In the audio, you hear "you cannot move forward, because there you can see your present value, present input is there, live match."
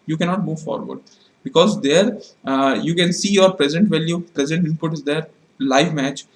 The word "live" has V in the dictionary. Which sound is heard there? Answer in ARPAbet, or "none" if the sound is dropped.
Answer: V